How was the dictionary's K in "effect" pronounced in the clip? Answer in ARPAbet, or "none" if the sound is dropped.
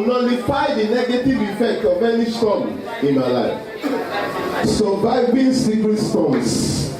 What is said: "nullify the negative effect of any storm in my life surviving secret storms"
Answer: K